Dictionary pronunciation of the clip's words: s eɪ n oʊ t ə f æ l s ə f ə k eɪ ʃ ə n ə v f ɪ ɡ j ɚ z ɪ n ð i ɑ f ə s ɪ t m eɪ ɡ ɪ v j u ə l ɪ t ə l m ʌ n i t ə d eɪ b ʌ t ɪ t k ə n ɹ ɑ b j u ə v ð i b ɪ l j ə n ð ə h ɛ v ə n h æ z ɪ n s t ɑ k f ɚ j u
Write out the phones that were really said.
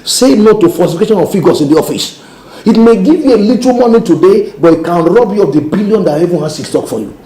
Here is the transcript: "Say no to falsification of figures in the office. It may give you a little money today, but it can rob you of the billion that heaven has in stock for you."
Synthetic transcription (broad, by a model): s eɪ n oʊ t ə f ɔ s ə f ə k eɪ ʃ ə n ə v f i ɡ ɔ s ɪ n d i ɑ f ə s ɪ t m eɪ ɡ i v j u ə l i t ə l m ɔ n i t ə d eɪ b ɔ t ɪ t k ə n ɹ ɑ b j u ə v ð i b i l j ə n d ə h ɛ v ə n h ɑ s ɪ s t ɑ k f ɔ j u